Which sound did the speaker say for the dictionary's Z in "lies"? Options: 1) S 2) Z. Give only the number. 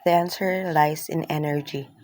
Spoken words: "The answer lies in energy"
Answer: 1